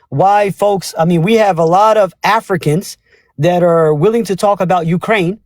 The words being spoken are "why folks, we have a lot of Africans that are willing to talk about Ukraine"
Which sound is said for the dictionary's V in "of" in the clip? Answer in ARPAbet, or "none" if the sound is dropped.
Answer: V